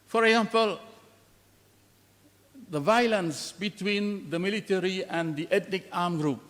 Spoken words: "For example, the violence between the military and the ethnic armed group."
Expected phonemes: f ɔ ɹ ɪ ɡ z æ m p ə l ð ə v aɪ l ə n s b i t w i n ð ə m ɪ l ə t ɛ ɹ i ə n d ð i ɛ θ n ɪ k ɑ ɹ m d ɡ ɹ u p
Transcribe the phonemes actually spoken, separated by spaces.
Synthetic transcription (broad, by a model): f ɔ ɹ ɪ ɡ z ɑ m p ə l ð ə v aɪ l ə n s b i t w i n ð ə m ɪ l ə t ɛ ɹ i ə n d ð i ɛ t n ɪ k ɑ m ɡ ɹ u p